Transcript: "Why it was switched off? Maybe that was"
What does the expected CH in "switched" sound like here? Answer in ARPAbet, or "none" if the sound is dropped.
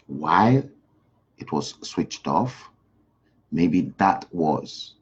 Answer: CH